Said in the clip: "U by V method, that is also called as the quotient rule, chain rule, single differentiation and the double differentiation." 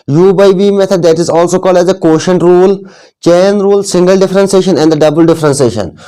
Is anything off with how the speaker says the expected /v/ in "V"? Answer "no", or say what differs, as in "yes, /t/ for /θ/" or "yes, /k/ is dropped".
yes, /b/ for /v/